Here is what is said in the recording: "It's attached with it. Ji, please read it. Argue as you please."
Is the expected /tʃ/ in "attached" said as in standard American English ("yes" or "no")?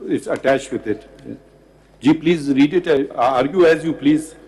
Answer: yes